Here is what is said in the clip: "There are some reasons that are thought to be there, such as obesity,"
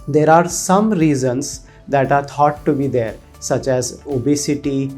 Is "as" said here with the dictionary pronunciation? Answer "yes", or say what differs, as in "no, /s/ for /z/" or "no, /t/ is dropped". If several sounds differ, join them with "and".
yes